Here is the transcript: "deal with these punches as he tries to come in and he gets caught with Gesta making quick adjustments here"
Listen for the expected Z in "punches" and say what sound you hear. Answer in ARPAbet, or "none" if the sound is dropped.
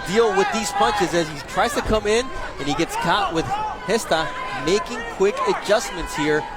Z